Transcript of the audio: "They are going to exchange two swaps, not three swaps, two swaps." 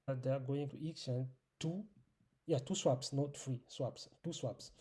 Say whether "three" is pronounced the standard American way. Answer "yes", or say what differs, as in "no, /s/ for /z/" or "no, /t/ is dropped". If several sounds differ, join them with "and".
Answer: no, /f/ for /θ/